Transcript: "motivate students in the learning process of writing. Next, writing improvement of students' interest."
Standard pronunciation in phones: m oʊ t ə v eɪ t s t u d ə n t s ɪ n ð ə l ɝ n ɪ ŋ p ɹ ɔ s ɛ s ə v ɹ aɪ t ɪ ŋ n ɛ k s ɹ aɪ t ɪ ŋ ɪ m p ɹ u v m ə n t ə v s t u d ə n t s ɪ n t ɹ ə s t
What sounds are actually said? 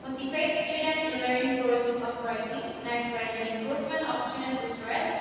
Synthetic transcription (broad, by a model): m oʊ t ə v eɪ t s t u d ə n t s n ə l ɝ ɪ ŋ p ɹ ɔ s ɛ s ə p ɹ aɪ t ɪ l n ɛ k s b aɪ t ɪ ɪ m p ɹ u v m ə n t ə f s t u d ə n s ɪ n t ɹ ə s